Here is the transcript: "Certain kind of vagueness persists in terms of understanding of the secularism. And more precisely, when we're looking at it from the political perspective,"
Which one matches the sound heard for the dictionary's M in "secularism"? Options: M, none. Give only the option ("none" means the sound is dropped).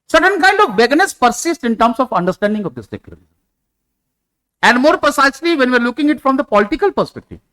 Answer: none